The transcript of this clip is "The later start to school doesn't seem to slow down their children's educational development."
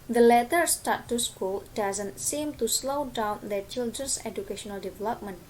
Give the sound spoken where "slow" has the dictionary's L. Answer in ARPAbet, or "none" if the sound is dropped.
L